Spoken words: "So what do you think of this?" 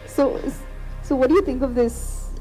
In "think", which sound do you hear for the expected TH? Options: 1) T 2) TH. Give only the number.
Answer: 2